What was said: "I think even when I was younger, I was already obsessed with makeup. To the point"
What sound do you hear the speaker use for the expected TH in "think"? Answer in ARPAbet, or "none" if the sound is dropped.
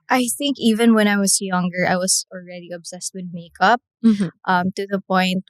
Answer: TH